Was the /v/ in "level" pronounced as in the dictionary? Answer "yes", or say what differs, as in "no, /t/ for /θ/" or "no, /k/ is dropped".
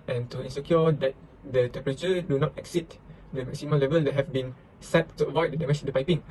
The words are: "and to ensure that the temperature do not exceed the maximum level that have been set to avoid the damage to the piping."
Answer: yes